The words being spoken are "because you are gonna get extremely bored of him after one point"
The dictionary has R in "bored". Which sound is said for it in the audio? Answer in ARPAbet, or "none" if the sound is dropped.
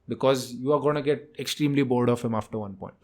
L